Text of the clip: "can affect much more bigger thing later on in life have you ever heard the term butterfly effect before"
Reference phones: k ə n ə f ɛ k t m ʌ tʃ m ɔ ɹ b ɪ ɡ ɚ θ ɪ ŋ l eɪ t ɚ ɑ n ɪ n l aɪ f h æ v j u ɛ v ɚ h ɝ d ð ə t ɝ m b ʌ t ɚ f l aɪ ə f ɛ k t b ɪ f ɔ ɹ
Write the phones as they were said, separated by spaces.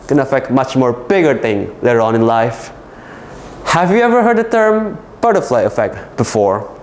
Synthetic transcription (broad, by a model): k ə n ə f ɛ k t m ʌ tʃ m ɔ ɹ b ɪ ɡ ɚ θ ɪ ŋ l eɪ t ɚ ɑ n ɪ n l aɪ f h æ v j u ɛ v ɚ h ɝ d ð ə t ɝ m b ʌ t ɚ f l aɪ ə f ɛ k t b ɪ f ɔ ɹ